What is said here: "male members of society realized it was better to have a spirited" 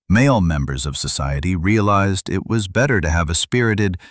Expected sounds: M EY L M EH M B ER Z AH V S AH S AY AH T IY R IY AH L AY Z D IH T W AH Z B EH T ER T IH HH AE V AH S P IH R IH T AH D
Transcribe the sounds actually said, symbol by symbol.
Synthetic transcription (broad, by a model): M EY L M EH M B ER Z AH V S AH S AY AH T IY R IY AH L AY Z D IH T W AH Z B EH T ER T IH V AH S P IH R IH T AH D